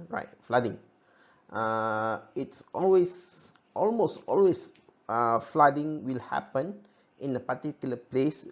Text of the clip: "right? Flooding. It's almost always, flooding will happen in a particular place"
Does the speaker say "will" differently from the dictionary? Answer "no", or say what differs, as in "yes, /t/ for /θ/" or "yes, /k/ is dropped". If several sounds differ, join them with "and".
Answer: no